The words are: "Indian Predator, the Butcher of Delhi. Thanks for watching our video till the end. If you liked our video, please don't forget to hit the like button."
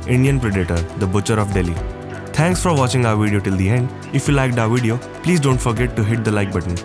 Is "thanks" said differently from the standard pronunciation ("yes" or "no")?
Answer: yes